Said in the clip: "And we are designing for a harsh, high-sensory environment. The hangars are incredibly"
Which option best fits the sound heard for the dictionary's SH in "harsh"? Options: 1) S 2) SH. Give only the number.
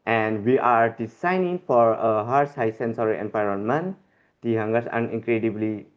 1